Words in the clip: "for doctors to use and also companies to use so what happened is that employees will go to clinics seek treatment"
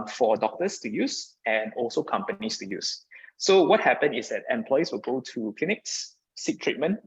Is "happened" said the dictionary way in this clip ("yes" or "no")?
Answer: no